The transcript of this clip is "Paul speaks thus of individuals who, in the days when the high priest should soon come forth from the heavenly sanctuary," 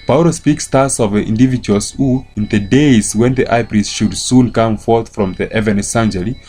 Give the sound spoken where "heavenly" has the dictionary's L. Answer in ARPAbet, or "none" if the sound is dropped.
none